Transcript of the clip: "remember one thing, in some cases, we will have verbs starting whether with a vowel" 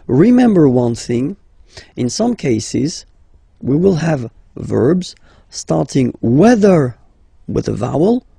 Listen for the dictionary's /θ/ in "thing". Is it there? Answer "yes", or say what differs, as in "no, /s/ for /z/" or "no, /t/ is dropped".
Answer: yes